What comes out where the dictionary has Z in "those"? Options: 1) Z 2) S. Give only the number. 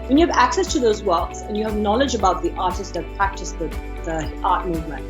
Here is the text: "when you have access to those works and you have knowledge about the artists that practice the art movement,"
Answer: 1